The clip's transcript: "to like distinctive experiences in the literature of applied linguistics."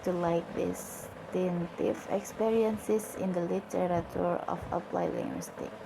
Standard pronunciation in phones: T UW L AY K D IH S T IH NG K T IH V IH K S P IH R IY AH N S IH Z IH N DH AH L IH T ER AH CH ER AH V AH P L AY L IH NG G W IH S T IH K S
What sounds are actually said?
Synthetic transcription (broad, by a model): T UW L AY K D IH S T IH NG T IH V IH K S P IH R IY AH N S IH S IH N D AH L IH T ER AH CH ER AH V AH P L AY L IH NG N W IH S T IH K